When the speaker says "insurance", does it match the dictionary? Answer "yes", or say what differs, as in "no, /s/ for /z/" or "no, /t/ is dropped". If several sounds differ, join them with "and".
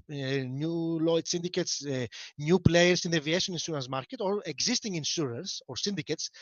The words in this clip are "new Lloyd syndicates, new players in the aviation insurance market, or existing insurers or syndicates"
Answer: no, /s/ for /ʃ/